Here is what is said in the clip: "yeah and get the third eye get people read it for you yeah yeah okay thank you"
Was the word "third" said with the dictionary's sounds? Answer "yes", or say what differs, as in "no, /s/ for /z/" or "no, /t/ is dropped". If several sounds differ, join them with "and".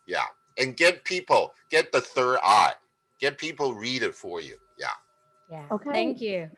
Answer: yes